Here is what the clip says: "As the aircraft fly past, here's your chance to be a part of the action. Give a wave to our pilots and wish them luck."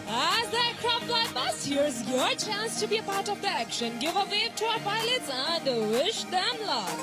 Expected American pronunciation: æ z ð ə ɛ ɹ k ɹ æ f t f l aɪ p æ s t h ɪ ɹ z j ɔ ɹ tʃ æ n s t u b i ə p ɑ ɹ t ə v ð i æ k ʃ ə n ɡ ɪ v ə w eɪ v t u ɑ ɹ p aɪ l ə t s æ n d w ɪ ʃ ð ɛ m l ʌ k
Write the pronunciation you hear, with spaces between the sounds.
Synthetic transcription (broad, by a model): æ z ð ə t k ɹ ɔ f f l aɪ b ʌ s h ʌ ɹ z j ɔ ɹ tʃ æ n s t u b i ə p ɑ ɹ t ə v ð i æ k ʃ ə n ɡ ɪ v ə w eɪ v t u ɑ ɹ p aɪ l ə t s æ n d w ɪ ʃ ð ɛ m l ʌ